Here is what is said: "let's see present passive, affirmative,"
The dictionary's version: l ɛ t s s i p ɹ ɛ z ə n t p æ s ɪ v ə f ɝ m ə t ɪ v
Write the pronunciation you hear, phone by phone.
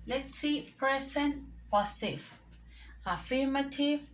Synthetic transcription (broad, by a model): l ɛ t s s i p ɹ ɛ s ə n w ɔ s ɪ f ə f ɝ m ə t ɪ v